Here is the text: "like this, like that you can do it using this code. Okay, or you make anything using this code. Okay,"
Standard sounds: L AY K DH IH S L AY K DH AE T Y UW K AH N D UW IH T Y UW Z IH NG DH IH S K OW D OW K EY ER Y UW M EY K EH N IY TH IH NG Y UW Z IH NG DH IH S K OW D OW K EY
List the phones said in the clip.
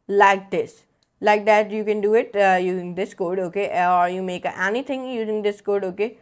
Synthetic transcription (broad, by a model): L AY K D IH S L AY K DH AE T Y UW K AH N D UW IH T Y UW Z IH NG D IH S K OW D OW K EY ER Y UW M EY K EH N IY T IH NG Y UW Z IH NG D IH S K OW D OW K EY